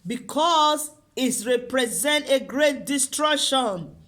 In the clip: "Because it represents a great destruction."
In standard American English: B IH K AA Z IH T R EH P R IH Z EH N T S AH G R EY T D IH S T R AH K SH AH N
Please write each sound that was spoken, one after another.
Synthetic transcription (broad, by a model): B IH K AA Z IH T R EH P R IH Z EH N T AH G R EY T D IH S T R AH K SH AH N